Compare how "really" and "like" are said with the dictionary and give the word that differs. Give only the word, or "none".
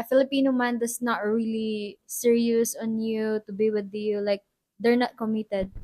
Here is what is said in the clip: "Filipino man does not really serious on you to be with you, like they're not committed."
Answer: none